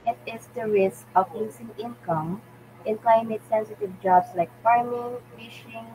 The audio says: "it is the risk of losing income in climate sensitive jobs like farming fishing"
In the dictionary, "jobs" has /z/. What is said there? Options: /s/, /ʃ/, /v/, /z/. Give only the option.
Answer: /s/